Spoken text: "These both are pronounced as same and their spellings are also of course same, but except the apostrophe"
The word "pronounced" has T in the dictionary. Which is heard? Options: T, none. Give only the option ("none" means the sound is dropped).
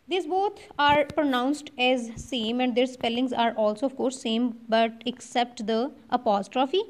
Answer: T